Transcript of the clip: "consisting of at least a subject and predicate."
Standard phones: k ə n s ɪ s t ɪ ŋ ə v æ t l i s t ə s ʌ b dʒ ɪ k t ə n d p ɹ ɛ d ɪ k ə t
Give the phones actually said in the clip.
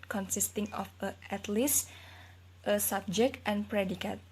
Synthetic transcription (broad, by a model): k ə n s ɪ s t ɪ ŋ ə f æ t l i s t ə s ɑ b dʒ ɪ k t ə n p ɹ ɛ d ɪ k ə t